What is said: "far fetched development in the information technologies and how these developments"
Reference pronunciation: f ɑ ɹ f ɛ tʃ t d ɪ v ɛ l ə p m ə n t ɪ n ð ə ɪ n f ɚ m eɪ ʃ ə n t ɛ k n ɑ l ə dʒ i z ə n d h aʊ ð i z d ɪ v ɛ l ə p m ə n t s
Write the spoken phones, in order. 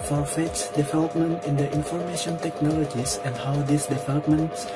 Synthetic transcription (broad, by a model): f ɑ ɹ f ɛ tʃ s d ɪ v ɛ l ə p m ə n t ɪ n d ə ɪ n f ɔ m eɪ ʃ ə n t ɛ k n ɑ l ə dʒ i s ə n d h aʊ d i s d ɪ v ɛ l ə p m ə n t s